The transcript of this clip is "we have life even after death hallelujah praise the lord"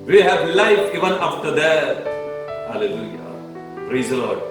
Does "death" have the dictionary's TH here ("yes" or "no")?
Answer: no